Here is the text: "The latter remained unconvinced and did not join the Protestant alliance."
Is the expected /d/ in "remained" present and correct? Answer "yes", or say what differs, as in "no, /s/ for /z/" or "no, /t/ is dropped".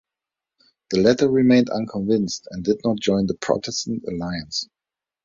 yes